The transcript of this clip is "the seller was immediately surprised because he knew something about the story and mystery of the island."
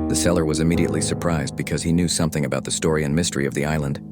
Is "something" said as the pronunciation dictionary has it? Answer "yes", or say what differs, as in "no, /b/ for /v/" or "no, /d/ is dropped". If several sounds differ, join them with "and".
yes